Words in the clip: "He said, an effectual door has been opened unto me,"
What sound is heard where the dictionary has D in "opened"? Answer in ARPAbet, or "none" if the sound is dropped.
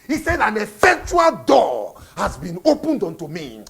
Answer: D